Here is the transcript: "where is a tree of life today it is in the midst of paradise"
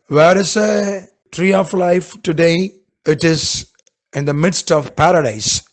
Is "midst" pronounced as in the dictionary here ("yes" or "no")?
yes